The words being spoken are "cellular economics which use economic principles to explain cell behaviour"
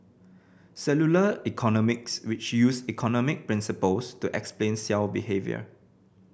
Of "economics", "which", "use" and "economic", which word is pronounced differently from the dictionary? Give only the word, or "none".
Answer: none